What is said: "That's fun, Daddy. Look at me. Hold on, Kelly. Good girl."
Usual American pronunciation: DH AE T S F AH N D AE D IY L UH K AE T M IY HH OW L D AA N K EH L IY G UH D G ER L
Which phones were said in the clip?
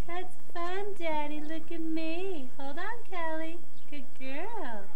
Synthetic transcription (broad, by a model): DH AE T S F AH N D AE D IY L UH K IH T M IY HH OW L D N K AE L IY G UH D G ER L